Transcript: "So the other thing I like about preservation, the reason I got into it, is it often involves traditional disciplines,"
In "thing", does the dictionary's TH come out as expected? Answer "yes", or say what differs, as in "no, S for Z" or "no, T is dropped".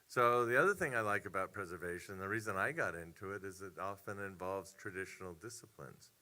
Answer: yes